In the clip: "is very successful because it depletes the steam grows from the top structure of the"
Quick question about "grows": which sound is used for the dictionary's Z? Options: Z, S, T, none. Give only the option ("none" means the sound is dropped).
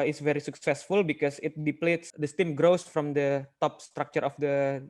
S